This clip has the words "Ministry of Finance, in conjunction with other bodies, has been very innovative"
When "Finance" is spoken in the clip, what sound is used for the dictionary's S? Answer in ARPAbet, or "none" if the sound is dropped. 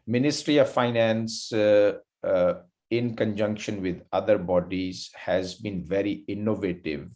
S